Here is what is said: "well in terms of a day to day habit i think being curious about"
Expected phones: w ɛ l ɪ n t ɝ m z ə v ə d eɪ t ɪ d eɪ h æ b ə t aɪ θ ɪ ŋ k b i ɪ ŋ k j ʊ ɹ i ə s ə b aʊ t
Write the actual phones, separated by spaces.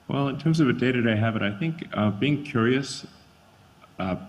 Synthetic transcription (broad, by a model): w ɛ l ɪ n t ɝ m z ə v ə d eɪ t ɪ d eɪ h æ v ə t aɪ θ ɪ ŋ k b i ɪ ŋ k j ʊ ɹ i ə s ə